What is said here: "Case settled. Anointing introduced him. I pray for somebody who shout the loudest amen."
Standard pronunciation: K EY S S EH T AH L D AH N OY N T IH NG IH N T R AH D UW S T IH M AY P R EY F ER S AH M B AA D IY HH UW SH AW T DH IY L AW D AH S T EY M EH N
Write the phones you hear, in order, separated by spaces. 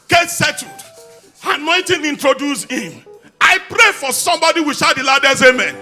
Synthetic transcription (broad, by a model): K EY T S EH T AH D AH N OY N T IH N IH N T R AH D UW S IH M AY P R EY F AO S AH M B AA D IY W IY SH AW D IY L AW D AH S EY M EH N